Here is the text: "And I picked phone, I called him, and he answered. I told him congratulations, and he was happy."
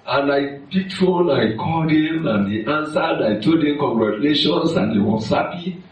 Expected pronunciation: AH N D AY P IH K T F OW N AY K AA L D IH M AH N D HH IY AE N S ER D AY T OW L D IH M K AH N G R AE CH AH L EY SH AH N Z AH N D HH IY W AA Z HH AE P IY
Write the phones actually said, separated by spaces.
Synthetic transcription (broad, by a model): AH N AY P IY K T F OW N AY K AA D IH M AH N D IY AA N S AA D AY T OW D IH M K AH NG G R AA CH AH L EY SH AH N S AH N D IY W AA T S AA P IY